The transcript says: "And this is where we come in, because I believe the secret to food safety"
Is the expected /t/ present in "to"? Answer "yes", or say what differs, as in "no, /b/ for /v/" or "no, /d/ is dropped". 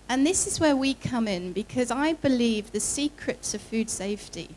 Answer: no, /s/ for /t/